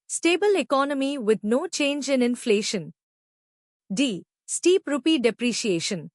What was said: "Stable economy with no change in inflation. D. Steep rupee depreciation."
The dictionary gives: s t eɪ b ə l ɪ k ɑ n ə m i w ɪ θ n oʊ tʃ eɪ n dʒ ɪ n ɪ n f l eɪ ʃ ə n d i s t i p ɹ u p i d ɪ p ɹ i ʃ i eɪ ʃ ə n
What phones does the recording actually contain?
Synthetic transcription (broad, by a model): s t eɪ b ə l ɪ k ɑ n ə m i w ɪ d n oʊ tʃ eɪ n dʒ ɪ n ɪ n f l eɪ ʃ ə n d i s t i p ɹ u p i d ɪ p ɹ i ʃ i eɪ ʃ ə n